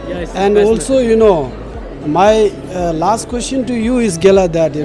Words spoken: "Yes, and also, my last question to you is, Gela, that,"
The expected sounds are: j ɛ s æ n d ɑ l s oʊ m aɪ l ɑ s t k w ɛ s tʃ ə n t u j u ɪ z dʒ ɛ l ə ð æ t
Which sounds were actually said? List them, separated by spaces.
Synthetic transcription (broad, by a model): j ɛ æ n d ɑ l s oʊ m aɪ l ɑ s t k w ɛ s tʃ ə n t u j u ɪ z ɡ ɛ l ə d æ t